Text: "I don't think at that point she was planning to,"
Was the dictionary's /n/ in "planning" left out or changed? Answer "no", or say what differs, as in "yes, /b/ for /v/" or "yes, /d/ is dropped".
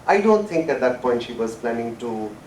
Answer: no